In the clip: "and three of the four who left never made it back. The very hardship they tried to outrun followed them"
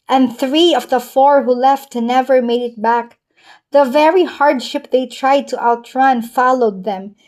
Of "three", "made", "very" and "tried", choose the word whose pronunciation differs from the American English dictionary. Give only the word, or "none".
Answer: none